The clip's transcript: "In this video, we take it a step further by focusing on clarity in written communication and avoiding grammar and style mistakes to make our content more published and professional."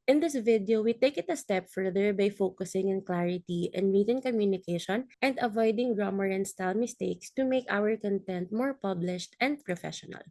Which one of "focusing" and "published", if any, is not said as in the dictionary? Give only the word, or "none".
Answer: none